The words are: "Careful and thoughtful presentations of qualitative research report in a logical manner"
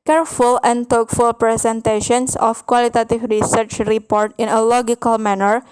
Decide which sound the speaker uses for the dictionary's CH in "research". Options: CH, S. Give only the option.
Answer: CH